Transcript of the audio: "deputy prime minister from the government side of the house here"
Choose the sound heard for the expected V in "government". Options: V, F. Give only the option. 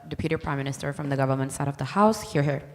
V